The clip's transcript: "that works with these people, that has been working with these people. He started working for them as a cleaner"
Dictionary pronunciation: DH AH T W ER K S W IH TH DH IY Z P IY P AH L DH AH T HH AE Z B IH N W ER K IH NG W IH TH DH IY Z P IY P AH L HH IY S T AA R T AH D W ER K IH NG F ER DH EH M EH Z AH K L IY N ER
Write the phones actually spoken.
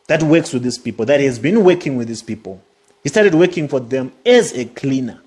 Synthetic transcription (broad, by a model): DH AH T W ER K S W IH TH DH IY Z P IY P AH L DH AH T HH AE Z B IH N W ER K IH NG W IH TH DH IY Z P IY P AH L HH IY S T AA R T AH D W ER K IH NG F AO DH EH M EH Z AH K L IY N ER